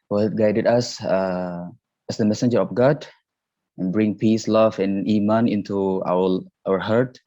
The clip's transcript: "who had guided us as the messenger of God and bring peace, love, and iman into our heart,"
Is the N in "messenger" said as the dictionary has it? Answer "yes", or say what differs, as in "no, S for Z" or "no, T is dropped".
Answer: yes